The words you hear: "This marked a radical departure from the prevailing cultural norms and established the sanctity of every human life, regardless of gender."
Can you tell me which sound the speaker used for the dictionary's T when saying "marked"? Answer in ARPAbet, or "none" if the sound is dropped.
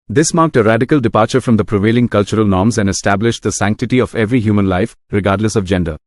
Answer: T